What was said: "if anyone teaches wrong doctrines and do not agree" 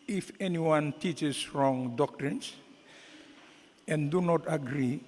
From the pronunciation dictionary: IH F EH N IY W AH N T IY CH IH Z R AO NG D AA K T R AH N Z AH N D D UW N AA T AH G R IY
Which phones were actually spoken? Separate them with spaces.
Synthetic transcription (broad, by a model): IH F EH N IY W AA N T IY CH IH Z R AO NG D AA K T R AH N S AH N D D UW N AA T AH G R IY